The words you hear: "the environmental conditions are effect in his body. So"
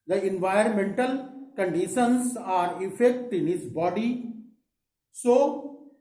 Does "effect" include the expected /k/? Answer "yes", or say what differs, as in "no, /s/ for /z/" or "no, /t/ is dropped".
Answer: yes